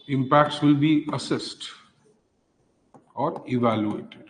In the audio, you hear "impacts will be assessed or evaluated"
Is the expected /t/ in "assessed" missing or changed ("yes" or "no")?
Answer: no